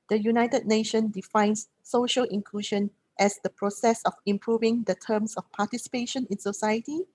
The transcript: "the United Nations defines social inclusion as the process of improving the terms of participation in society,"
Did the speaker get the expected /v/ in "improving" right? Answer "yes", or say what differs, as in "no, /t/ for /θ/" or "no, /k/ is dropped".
yes